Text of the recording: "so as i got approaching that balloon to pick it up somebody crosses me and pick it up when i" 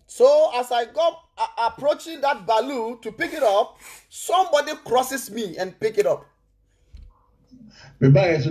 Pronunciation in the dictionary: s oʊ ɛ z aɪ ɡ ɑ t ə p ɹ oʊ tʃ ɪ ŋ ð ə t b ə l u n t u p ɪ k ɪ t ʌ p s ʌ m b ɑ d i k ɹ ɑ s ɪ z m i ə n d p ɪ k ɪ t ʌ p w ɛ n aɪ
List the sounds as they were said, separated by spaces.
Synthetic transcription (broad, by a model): s oʊ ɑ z aɪ ɡ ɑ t ə p ɹ oʊ tʃ ɪ ŋ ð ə t b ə l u t u p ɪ k ɪ t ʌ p s ʌ m b ɑ d i k ɹ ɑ s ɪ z m i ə n p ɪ k ɪ t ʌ p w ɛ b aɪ